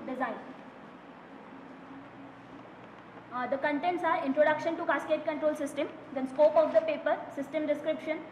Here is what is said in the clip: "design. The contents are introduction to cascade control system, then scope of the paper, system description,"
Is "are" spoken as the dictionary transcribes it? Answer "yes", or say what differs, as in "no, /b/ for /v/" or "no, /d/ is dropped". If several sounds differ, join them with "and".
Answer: yes